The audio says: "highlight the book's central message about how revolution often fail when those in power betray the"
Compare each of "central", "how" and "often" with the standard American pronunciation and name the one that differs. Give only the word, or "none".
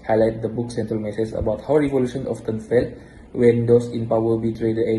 none